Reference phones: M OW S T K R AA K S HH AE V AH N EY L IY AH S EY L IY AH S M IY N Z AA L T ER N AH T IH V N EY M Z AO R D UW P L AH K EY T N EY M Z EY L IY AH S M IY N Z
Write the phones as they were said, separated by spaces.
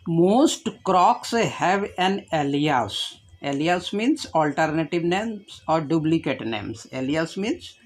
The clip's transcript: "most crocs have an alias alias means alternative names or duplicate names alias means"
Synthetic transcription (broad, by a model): M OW S T K R AA K S HH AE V AH N EY L IY AH S EY L IY AH S M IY N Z AA L T ER N AH T IH V N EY M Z AO R D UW B L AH K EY T N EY M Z EY L IY AH S M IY N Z